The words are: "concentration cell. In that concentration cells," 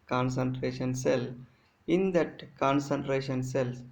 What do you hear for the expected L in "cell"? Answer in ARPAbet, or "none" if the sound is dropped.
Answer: L